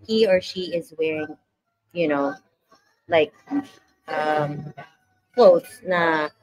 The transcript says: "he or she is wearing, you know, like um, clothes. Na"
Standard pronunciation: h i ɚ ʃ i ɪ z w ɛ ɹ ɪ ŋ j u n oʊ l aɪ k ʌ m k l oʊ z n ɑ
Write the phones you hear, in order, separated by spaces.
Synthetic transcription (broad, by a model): h i ɚ ʃ i ɪ z w ɛ ɹ ɪ ŋ j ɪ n oʊ l aɪ k ʌ m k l oʊ s n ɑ